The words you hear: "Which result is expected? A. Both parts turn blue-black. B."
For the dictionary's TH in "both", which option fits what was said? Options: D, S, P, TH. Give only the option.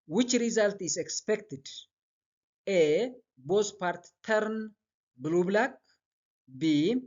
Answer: S